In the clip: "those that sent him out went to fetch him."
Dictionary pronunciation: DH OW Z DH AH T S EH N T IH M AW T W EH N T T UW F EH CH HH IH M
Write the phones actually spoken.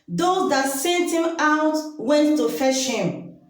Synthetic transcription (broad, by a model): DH OW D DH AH T S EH T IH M AW T W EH N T T UW F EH SH HH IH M